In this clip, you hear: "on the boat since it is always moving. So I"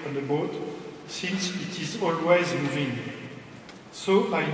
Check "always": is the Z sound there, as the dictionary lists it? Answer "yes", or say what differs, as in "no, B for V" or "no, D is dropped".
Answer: yes